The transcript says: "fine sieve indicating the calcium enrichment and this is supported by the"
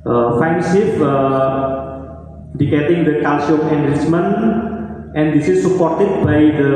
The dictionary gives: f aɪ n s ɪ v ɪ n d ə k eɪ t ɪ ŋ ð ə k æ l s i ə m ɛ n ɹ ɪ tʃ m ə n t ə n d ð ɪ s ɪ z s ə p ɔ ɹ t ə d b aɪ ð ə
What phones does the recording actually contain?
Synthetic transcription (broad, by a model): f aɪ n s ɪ p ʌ d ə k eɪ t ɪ ŋ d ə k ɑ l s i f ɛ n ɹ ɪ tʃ m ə n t ə n d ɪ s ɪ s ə p ɔ ɹ t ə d b aɪ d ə